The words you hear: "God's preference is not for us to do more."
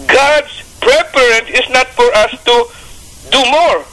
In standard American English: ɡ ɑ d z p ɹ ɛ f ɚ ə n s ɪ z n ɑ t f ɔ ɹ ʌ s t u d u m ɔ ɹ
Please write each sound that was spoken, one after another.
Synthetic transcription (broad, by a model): ɡ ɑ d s p ɹ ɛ p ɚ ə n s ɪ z n ɑ t f ɔ ɹ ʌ s t u d u m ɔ ɹ